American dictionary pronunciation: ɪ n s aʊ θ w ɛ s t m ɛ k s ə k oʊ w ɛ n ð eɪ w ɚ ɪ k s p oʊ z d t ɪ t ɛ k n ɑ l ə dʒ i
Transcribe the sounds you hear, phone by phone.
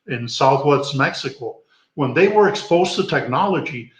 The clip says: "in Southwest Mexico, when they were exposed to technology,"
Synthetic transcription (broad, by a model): ɪ n s aʊ θ w ɛ s t m ɛ k s ə k oʊ w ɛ n ð eɪ w ɚ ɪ k s p oʊ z t ɪ t ɛ k n ɑ l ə dʒ i